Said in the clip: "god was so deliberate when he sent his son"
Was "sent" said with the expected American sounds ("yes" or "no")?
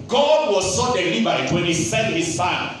no